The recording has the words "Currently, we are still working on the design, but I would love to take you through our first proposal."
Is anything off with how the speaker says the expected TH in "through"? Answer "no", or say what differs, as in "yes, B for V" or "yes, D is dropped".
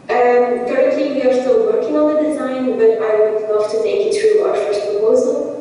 yes, T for TH